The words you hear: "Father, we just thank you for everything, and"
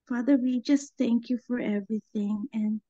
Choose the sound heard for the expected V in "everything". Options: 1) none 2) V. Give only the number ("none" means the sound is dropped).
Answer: 2